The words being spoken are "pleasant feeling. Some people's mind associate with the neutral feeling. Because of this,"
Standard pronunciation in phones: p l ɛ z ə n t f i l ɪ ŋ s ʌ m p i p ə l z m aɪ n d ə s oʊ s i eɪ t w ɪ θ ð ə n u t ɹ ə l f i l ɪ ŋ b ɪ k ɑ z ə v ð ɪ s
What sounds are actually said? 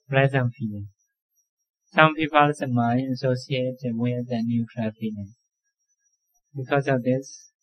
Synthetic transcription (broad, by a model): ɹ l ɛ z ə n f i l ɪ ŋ s ʌ m p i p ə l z m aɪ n ə s oʊ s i eɪ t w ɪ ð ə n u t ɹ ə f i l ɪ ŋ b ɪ k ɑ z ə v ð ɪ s